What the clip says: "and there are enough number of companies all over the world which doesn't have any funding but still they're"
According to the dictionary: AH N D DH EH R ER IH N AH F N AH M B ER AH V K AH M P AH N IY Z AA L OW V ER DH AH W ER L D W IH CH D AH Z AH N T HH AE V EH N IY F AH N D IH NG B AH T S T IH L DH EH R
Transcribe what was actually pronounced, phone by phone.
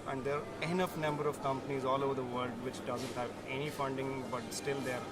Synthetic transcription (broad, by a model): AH N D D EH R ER IH N AH F N AH M B ER AH V K AH M P AH N IY Z AA L OW V ER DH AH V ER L D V IH CH D AH Z AH N T HH AE V EH N IY F AH N D IH NG B AH T S T IH L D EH R